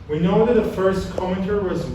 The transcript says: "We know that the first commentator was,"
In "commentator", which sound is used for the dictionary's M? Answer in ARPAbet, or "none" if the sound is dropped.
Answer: none